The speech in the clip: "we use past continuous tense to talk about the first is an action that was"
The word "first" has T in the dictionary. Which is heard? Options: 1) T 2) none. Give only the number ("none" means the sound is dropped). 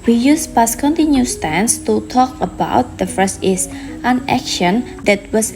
2